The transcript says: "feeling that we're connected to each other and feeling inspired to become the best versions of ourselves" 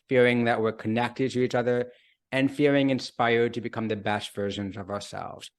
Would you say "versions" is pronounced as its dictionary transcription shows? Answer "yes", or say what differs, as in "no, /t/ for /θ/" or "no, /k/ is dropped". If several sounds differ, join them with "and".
yes